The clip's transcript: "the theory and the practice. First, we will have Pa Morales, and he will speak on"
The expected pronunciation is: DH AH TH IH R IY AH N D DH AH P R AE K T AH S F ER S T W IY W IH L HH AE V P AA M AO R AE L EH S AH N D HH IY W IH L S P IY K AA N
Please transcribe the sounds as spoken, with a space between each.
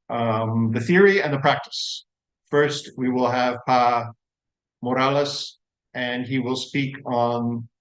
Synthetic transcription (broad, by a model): DH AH TH IH R IY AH N DH AH P R AE K T AH S F ER S T W IY W IH L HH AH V P AA M AO R AE L EH S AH N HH IY W IH L S P IY K N